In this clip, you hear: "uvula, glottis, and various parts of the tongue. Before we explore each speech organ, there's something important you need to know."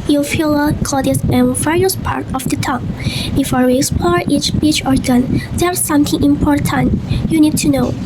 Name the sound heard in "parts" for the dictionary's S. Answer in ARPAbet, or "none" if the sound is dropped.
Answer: none